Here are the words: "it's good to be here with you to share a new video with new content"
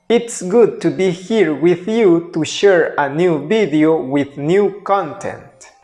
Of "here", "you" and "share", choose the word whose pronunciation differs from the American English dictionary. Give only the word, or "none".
none